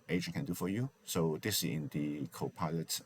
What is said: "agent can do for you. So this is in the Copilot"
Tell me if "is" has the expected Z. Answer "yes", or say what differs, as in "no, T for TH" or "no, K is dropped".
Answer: no, S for Z